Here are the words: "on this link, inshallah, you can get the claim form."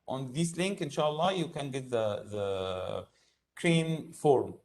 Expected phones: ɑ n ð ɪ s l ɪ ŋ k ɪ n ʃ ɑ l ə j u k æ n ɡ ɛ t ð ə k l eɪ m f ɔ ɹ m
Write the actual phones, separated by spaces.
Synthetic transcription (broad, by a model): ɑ n ð ɪ s l ɪ ŋ k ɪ n ʃ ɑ l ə j u k æ n ɡ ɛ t ð ə k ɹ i m f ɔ ɹ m